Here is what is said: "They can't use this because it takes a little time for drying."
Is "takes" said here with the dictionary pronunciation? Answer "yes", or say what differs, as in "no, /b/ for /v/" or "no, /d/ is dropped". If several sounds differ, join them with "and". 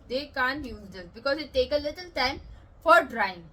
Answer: no, /s/ is dropped